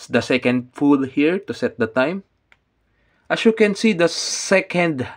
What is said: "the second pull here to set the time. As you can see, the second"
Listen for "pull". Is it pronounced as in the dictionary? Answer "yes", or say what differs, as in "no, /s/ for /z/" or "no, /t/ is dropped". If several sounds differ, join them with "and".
no, /f/ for /p/